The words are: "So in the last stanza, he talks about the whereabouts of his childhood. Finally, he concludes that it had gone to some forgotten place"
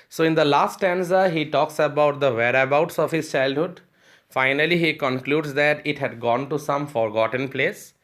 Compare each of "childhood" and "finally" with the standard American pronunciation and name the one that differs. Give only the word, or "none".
none